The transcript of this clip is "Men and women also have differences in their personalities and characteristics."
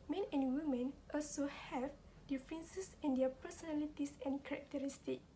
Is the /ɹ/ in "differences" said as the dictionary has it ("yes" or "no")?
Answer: no